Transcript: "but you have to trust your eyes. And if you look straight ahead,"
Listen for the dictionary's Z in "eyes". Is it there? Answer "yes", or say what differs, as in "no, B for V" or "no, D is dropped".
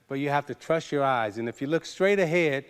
yes